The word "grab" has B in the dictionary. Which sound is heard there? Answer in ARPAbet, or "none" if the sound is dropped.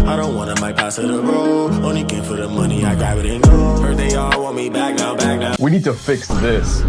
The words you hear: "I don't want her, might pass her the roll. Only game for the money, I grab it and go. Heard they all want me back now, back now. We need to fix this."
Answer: none